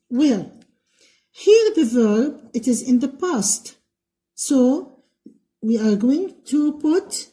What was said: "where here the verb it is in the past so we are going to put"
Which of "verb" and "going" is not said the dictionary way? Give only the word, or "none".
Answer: none